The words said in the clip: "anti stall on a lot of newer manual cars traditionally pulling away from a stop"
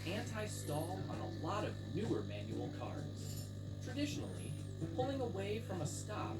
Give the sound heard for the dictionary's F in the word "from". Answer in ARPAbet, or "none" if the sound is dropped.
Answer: F